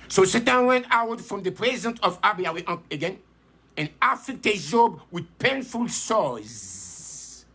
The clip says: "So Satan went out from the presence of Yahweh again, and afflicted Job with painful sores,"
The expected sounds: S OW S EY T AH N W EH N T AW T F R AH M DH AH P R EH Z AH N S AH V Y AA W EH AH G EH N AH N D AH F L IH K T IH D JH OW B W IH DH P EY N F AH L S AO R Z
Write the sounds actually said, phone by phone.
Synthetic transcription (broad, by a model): S OW S EY T AH N W EH N T AW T F R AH M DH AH P R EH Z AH N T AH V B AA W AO AH G EH N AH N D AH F IH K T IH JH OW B W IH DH P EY N F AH L S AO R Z